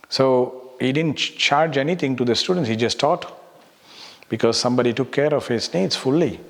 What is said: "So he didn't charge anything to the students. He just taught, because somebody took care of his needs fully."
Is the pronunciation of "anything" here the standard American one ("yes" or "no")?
no